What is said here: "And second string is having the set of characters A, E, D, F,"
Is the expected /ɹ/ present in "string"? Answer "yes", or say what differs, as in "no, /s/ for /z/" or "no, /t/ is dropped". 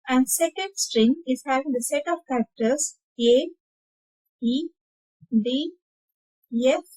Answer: yes